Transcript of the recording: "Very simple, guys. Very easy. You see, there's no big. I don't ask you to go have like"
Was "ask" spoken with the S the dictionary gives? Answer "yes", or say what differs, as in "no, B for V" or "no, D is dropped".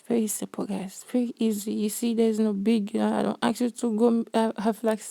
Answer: no, S is dropped